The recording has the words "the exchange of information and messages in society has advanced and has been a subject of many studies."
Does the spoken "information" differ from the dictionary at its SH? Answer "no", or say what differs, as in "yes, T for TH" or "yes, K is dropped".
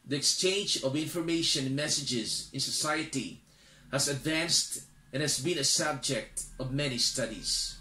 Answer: yes, SH is dropped